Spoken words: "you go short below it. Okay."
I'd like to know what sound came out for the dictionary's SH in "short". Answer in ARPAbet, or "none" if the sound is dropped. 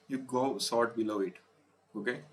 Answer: S